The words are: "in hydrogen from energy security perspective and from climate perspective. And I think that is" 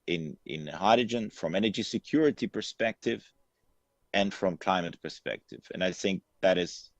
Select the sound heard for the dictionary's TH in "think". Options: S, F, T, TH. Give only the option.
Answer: TH